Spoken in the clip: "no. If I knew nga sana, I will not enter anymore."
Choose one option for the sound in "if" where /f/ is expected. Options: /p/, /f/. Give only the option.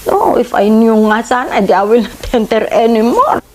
/f/